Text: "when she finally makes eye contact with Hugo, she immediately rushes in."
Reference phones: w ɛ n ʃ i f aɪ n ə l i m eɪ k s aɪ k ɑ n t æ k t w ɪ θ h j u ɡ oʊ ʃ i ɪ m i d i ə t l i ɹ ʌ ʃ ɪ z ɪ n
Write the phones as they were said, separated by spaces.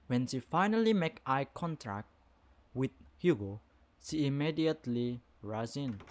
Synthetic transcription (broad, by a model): w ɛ n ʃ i f aɪ n ə l i m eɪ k aɪ k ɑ n t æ k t w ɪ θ h j u ɡ oʊ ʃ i ɪ m i d i ə t l i ɹ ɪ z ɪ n